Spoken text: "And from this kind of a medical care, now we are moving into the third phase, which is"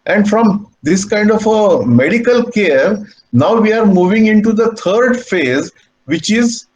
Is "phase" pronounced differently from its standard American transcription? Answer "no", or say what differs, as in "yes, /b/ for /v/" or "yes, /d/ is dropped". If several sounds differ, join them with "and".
no